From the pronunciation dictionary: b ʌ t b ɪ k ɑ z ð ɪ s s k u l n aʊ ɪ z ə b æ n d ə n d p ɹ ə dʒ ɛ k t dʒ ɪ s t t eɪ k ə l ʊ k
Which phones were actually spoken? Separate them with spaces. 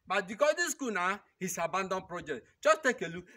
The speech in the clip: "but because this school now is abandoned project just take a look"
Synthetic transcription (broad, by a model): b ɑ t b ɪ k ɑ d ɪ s s k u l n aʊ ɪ s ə b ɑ n d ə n p ɹ ə dʒ ɛ k t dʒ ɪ s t t eɪ k ə l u